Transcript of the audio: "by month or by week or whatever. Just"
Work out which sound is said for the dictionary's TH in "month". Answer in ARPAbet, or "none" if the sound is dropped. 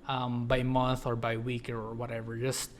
TH